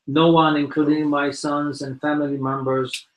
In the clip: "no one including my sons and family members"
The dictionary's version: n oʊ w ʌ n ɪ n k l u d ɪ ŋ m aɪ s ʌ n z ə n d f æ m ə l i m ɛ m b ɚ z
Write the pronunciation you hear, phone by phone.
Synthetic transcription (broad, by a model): n oʊ w ʌ n ɪ n k l u d ɪ ŋ m aɪ s ʌ n z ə n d f æ m ə l i m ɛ m b ɚ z